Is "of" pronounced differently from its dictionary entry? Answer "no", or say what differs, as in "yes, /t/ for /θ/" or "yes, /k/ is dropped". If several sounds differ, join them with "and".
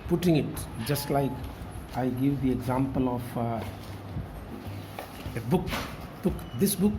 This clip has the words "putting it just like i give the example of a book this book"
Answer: yes, /b/ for /v/